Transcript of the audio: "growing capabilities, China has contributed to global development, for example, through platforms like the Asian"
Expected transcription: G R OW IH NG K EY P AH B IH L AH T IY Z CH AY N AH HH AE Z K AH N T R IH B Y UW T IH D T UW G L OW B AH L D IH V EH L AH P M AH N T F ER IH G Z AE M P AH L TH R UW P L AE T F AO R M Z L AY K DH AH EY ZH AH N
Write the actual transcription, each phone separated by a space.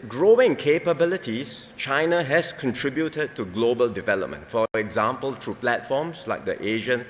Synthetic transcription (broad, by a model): G R OW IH NG K EY P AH B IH L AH T IY S CH AY N AH HH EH S K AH N T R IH B Y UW T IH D T UW G L OW B AH L D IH V EH L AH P M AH N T F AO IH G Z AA M P AH L T R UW P L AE T F AO M S L AY K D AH EY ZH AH N